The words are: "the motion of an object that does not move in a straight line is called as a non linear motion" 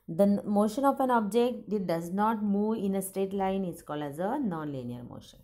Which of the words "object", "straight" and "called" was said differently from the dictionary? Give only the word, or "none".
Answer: straight